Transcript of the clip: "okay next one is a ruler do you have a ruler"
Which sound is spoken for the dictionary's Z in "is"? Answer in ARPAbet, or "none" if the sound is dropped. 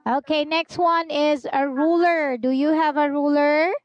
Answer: Z